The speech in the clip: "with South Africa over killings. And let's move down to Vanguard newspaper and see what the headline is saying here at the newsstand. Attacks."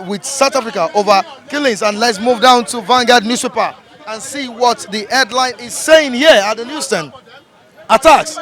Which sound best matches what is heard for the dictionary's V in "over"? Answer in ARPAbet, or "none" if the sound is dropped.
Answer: V